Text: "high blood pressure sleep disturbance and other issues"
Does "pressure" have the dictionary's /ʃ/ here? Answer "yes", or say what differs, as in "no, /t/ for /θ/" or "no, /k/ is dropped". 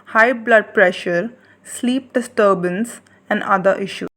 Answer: yes